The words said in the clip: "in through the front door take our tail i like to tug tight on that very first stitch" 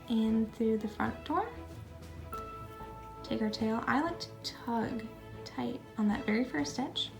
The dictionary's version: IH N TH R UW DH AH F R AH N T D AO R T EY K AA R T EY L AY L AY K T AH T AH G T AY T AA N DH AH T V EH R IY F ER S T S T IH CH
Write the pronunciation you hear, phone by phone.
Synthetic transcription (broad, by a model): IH N TH R UW DH AH F R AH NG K D AO R T EY K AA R T EY L AY L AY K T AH T AH G T AY T N DH AH T V EH R IY F ER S S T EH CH